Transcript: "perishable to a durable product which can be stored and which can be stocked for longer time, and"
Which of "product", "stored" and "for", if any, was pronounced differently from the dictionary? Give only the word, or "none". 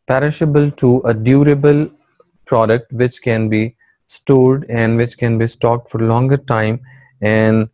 none